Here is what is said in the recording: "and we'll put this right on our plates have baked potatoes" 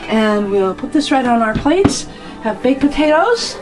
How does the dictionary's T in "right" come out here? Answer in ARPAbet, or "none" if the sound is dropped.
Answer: T